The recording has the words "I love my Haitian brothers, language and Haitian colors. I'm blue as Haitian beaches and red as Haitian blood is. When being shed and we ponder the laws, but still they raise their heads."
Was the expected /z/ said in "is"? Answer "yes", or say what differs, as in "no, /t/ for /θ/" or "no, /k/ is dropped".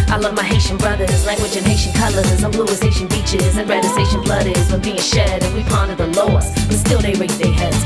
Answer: yes